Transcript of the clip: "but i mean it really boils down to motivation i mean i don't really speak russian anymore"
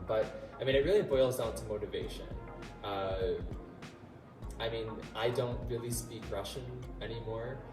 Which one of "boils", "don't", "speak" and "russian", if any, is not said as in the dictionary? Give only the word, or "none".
none